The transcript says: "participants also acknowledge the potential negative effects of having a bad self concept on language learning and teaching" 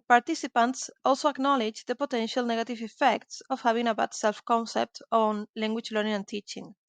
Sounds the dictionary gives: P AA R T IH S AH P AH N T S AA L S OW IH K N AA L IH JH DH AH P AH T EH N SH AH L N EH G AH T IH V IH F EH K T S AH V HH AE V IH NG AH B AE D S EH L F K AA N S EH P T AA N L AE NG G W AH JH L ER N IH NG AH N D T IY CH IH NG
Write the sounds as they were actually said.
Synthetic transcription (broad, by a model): P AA R T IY S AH P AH N T S AA L S OW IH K N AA L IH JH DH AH P AH T EH N SH AH L N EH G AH T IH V IH F EH K T S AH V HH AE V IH NG AH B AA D S EH L F K AA N S EH P T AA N L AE NG G W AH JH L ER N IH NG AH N T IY CH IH NG